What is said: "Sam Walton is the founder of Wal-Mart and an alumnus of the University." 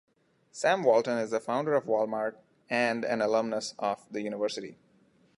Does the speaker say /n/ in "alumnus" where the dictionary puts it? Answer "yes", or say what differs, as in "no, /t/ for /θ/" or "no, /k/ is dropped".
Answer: yes